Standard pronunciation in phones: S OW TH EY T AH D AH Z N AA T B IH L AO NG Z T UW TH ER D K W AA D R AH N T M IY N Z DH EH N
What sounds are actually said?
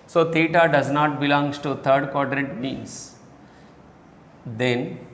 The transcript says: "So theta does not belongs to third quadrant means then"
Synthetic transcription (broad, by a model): S OW T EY T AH D AH Z N AA T B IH L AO NG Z T UW T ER D K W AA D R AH T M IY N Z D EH N